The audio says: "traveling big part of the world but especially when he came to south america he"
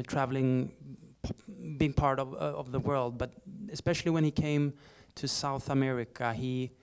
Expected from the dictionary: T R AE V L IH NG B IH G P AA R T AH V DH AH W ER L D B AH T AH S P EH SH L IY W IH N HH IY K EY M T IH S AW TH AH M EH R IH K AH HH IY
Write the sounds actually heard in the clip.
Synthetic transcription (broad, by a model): T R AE V L IH NG B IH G P AA R T AH V DH AH W ER L D B AH T AH S P EH SH L IY W IH N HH IY K EY M T IH S AW TH AH M EH R IH K AH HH IY